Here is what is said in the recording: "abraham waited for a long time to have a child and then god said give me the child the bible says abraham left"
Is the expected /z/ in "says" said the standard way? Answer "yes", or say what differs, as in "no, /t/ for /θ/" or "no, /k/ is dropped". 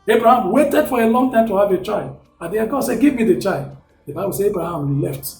no, /z/ is dropped